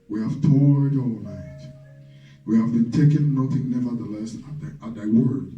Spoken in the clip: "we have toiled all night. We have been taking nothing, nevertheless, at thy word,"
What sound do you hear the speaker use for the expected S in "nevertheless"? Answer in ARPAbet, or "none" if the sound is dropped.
S